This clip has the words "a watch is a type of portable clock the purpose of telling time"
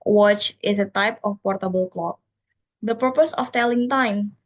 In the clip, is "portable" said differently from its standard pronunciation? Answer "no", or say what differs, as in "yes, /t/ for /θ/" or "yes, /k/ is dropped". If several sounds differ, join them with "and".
no